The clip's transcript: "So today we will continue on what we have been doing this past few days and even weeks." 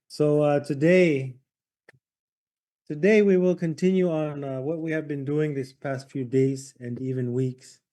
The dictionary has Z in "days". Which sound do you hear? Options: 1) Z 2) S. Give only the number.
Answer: 1